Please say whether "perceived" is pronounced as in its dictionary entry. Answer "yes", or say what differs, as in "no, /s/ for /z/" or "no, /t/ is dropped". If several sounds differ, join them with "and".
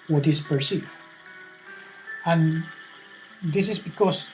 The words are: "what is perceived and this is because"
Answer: no, /d/ is dropped